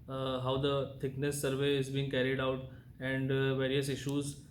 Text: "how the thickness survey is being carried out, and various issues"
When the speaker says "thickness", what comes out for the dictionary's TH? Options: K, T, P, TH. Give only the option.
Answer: T